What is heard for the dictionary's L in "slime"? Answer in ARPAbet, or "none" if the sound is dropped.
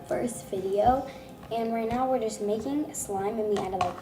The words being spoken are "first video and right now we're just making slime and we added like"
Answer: L